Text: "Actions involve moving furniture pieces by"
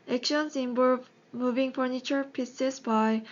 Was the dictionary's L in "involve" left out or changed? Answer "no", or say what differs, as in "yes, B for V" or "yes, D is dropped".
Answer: yes, L is dropped